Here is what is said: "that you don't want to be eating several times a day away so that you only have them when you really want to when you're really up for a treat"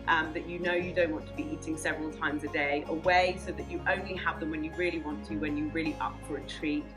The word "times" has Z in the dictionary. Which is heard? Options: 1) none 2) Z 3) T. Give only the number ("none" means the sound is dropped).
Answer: 2